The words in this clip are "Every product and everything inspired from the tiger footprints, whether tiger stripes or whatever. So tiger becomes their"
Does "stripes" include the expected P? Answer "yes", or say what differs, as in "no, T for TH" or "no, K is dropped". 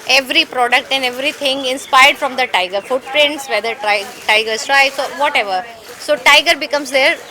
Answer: no, P is dropped